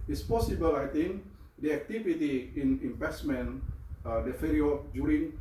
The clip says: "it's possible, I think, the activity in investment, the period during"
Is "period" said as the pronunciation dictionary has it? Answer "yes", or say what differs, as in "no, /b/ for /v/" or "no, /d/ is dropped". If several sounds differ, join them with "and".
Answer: no, /f/ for /p/